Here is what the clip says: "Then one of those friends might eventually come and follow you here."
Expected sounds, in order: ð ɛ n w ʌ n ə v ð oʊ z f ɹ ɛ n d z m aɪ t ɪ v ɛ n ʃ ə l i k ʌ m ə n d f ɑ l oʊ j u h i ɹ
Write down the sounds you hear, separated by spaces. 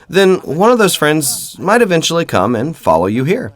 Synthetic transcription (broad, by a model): ð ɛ n w ʌ n ə v ð oʊ z f ɹ ɛ n d z m aɪ t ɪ v ɛ n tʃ l i k ʌ m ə n f ɑ l oʊ j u h i ɹ